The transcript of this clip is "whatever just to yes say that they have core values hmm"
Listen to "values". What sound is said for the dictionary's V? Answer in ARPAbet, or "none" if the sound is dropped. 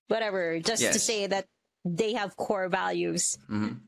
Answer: V